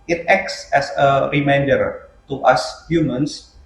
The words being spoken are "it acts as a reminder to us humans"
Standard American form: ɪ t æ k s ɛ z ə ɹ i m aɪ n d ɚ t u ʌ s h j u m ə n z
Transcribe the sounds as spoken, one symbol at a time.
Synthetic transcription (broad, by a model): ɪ t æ k s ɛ s ə ɹ i m aɪ n d ɚ t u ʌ s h j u m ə n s